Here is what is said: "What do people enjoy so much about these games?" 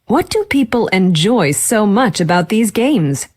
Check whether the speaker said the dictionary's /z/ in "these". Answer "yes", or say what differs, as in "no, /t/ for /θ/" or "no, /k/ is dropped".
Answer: yes